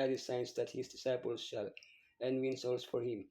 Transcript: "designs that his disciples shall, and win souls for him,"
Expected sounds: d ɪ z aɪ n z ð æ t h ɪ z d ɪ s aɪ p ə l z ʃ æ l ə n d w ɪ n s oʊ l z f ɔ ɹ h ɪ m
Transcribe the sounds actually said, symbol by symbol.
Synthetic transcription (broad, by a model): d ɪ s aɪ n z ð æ t h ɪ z d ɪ s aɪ p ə l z ʃ æ l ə n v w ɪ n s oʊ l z f ɔ ɹ h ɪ m